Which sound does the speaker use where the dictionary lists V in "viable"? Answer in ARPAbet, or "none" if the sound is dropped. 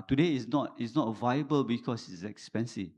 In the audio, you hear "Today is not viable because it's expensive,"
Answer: V